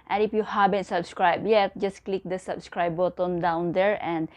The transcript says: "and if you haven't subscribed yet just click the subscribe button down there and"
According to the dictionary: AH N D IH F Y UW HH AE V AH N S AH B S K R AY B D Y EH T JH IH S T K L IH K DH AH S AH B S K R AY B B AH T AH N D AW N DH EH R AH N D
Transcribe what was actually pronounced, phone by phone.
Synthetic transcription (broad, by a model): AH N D IH F Y UW HH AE B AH N S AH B S K R AY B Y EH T JH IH S K L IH K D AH S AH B S K R AY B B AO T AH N D AW N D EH R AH N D